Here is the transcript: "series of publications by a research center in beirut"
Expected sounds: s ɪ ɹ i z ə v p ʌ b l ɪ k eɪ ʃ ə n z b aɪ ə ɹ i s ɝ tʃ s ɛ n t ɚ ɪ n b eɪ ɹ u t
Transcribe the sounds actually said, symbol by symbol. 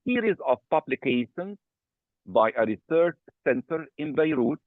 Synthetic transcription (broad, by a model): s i ɹ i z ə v p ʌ b l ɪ k eɪ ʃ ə n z b aɪ ə ɹ i s ɝ tʃ s ɛ n t ɚ ɪ n b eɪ ɹ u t